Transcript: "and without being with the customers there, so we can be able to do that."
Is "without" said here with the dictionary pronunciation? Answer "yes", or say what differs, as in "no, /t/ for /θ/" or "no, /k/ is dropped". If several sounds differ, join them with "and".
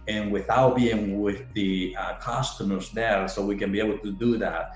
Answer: yes